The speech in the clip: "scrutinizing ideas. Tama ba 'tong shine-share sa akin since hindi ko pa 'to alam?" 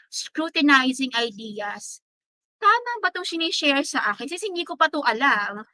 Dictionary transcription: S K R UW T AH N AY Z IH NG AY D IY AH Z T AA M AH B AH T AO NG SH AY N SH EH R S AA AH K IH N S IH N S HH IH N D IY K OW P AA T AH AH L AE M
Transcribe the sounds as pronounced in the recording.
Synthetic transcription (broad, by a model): S K R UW T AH N AY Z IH NG AY D IY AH S T AA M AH B AH T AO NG S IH N SH EH R S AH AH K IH N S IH S HH IH N D IY K OW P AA T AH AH L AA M